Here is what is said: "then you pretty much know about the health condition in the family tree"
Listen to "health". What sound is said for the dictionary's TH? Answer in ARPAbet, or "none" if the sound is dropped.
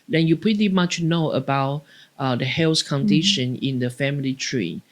S